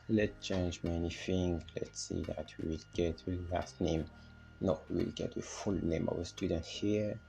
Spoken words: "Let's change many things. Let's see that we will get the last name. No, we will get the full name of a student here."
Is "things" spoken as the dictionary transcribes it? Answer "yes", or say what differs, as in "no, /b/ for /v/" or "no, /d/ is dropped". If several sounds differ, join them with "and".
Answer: no, /f/ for /θ/